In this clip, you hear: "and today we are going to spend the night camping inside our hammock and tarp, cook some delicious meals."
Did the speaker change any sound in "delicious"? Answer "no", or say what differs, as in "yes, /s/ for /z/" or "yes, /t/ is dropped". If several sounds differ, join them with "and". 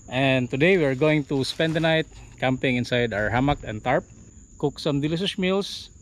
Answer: yes, /s/ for /ʃ/